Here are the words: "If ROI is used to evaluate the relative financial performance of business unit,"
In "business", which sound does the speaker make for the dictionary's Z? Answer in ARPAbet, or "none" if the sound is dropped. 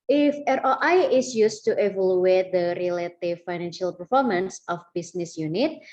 S